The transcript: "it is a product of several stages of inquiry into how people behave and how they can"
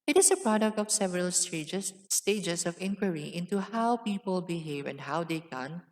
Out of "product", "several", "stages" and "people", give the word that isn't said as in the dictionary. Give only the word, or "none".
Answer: stages